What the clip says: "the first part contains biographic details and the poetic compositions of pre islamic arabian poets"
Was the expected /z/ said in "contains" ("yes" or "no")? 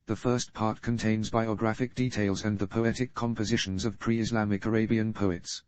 yes